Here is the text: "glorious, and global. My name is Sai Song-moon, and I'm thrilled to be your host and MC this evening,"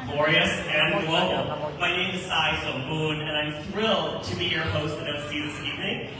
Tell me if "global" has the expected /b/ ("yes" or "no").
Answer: no